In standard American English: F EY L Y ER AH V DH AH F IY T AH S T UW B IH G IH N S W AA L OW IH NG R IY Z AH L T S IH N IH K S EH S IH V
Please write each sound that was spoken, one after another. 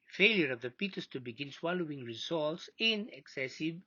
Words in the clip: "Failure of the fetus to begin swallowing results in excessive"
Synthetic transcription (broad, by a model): F EY L Y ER AH V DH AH P IY T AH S T UW B IH G IH N S W AA L OW IH NG R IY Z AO L T S IH N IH K S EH S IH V